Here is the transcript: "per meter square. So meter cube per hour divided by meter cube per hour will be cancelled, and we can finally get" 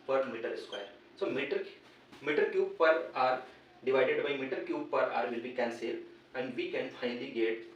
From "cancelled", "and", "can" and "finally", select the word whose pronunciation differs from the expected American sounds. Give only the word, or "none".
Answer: cancelled